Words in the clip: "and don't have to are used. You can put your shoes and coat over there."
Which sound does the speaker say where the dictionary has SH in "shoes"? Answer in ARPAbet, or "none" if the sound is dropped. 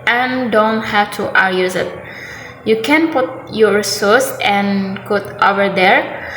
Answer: S